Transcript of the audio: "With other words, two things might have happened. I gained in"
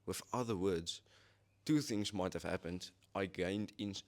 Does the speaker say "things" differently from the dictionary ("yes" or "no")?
no